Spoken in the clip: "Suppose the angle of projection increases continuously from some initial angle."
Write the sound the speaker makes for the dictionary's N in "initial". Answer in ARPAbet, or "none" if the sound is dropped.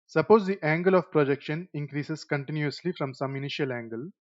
N